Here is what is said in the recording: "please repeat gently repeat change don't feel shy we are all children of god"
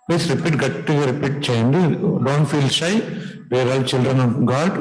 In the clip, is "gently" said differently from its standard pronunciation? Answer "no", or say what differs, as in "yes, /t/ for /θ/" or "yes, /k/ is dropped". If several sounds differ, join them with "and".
yes, /n/ is dropped